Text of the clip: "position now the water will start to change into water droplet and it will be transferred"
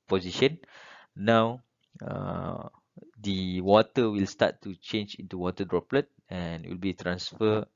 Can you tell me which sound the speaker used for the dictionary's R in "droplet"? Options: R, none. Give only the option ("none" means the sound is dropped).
R